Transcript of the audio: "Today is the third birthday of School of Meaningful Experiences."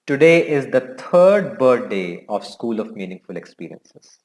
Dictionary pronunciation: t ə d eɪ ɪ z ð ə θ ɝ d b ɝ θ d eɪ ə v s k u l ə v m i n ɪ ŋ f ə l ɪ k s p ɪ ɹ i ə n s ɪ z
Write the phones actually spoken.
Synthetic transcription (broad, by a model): t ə d eɪ ɪ z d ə t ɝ d b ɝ t d eɪ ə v s k u l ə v m i n ɪ ŋ f ə l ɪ k s p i ɹ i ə n s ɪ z